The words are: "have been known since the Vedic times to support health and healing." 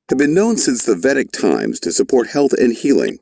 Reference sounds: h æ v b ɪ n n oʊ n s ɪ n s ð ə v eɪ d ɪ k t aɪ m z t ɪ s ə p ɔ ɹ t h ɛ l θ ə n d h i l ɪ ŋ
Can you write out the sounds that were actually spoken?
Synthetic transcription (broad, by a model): h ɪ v b ɪ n n oʊ n s ɪ n s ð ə v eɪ d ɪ k t aɪ m z t ɪ s ə p ɔ ɹ t h ɛ l θ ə n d h i l ɪ ŋ